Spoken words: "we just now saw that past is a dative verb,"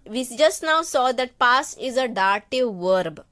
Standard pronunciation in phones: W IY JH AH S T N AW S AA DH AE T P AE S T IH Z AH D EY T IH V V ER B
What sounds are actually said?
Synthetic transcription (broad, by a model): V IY JH AH S T N AW S AA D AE T P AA S IH Z AH D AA T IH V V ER B